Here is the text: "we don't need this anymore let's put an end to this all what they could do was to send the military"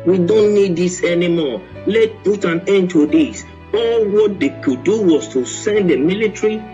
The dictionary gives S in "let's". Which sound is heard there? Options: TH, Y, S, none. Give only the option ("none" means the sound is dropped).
none